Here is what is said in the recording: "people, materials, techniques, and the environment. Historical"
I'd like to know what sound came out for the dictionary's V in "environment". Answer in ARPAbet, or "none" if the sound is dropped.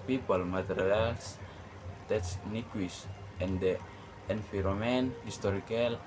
F